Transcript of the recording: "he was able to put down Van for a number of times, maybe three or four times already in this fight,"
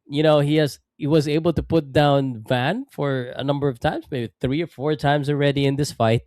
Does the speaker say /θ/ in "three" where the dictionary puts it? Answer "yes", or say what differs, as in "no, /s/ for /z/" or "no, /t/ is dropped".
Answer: yes